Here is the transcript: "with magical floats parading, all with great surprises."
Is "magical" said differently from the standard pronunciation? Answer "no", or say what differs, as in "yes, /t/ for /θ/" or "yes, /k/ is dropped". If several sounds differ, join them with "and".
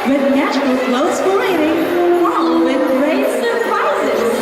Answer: yes, /tʃ/ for /dʒ/